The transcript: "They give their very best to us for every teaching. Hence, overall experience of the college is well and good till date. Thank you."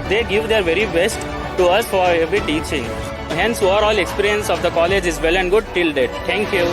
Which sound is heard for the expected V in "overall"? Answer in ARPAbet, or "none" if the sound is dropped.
none